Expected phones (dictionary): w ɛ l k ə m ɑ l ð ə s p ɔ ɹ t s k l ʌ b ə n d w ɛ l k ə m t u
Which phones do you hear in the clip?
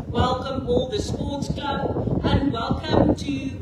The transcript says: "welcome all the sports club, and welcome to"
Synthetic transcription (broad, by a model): w ɛ l k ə m ɑ l ð ə s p ɔ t s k ʌ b ə n d w ɛ l k ə m t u